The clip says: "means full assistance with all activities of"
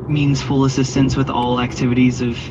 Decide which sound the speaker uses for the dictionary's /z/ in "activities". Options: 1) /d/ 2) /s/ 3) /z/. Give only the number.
3